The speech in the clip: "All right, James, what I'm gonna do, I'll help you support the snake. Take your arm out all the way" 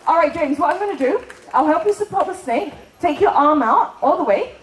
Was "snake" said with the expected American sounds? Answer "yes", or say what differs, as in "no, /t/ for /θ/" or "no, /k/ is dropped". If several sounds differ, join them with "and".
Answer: yes